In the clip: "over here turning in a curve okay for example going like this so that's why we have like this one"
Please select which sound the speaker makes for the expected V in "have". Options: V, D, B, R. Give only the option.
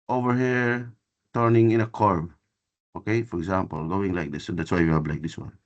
B